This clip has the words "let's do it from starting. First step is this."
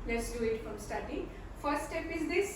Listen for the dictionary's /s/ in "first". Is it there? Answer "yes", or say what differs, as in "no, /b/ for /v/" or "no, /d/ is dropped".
no, /s/ is dropped